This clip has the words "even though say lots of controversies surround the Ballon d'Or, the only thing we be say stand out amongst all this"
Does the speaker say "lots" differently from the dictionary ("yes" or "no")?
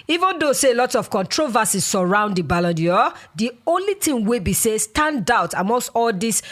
yes